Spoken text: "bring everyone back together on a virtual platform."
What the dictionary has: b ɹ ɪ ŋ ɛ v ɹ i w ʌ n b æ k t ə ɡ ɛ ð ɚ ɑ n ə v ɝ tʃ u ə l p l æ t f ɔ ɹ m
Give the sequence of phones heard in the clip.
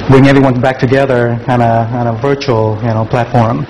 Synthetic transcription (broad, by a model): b ɹ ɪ ŋ ɛ v ɹ i w ʌ n b æ k t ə ɡ ɛ ð ɚ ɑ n ə v ɝ tʃ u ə n p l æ t f ɔ ɹ m